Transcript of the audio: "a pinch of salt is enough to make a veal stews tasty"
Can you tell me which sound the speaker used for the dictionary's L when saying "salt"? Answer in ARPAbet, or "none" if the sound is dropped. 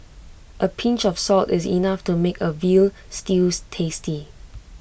L